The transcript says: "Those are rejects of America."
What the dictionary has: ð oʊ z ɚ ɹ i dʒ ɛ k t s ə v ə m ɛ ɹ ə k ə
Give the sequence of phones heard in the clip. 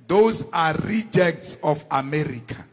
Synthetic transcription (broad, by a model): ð oʊ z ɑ ɹ i dʒ ɛ k t s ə f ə m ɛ ɹ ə k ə